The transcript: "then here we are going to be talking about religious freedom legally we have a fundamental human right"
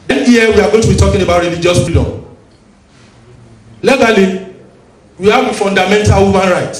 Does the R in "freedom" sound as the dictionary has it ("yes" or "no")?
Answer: no